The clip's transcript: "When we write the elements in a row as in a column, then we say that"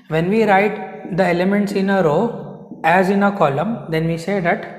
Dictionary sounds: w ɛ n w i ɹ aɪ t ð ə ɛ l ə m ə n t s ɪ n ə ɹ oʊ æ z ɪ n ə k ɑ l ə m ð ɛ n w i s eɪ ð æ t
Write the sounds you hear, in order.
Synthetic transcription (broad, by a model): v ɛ n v i ɹ aɪ t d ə ɛ l ə m ə n t s ɪ n ə ɹ oʊ æ z ɪ n ə k ɑ l ə m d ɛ n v i s eɪ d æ t